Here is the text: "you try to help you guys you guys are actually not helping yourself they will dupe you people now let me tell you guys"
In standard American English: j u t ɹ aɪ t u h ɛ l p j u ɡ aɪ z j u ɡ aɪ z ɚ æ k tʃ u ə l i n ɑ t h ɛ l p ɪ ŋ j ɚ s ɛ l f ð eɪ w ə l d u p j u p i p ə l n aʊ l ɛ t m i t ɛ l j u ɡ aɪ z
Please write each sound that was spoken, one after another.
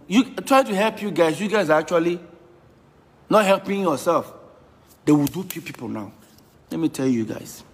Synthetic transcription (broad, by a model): j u t ɹ aɪ t u h ɛ l p j u ɡ aɪ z j u ɡ aɪ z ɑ k tʃ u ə l i n ɑ t h ɛ l p ɪ ŋ j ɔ s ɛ l f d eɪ w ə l d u f j u p i p ə l n aʊ l ɛ t m i t ɛ l j u ɡ aɪ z